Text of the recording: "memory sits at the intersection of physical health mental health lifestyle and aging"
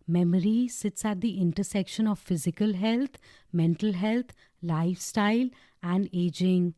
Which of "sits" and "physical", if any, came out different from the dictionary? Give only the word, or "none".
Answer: none